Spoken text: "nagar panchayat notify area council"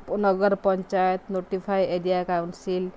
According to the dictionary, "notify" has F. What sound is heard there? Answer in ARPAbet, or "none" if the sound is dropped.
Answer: P